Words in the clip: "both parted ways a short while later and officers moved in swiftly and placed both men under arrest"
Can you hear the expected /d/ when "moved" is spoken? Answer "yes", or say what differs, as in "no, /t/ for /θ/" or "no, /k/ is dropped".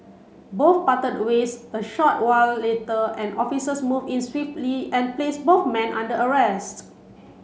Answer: no, /d/ is dropped